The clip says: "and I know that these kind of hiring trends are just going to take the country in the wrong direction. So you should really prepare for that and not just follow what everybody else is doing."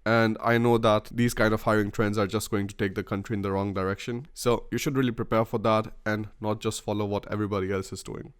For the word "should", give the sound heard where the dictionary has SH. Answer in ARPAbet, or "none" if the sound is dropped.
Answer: SH